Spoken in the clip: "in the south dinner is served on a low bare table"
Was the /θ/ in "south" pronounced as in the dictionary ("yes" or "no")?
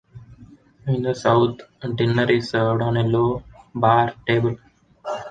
no